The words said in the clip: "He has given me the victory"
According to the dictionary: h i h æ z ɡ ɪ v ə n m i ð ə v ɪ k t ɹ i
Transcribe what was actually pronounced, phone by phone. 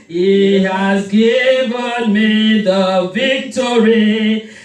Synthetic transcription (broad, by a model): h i h æ z ɡ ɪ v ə n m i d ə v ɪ k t ɹ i